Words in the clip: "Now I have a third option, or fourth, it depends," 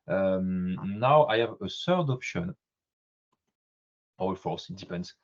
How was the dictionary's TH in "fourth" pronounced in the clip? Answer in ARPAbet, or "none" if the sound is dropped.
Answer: S